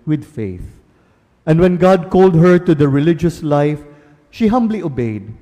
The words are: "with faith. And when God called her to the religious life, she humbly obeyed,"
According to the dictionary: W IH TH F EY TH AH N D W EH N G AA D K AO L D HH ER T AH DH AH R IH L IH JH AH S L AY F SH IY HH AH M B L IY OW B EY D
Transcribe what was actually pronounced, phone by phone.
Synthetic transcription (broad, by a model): W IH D F EY TH AH N D W EH N G AA D K AO L D HH ER T AH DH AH R IH L IH JH AH S L AY F SH IY HH AH M B L IY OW B EY D